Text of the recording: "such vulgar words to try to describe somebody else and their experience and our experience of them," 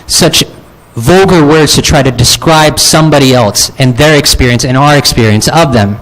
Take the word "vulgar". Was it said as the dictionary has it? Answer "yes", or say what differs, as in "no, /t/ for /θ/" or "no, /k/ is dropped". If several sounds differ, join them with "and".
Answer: yes